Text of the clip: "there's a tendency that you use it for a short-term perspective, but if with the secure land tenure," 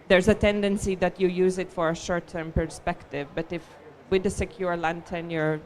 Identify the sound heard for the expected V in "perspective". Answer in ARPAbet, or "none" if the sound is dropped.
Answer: V